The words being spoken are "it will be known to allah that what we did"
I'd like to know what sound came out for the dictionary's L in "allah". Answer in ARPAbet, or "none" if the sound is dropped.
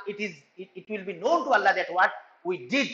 L